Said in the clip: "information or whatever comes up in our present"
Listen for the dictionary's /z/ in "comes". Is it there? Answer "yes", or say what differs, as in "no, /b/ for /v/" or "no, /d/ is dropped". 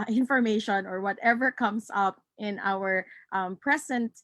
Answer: no, /s/ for /z/